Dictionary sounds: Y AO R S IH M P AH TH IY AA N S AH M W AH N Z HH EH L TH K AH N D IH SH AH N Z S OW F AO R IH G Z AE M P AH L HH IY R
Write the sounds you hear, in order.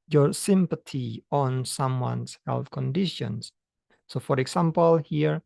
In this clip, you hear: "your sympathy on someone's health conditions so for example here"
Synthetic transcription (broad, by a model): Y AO R S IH M P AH T IY AA N S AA M W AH N S HH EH L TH K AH N D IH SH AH N S OW F AO R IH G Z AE M P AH L HH IY R